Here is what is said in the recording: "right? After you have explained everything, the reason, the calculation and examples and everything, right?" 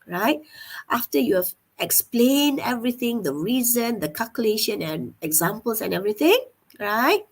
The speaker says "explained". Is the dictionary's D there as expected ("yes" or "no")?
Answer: yes